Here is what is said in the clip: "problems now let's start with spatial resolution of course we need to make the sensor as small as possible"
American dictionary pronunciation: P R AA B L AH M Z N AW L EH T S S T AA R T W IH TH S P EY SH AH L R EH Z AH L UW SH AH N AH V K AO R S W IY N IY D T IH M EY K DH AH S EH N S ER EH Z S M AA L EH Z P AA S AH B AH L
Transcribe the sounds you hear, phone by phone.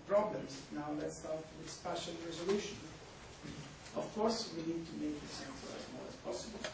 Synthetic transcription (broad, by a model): P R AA B L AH M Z N AW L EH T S S T AA R T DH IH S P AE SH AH N R EH Z AH L UW SH AH N AH V K AO R S W IY N IY D T IH M EY K DH AH S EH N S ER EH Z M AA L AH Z P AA S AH B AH L